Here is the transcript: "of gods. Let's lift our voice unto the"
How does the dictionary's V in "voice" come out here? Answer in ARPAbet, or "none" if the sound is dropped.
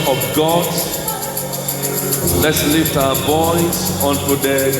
B